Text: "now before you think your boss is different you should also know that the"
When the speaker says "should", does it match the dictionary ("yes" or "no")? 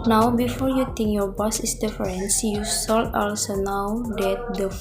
no